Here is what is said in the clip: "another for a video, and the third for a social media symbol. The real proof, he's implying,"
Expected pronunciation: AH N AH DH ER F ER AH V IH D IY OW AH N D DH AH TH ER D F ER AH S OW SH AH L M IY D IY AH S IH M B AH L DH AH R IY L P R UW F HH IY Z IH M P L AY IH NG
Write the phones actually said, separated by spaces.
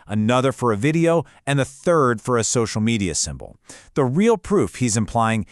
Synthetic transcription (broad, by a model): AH N AH DH ER F ER AH V IH D IY OW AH N DH AH TH ER D F ER AH S OW SH L M IY D IY AH S IH M B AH L DH AH R IY L P R UW F HH IY Z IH M P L AY IH NG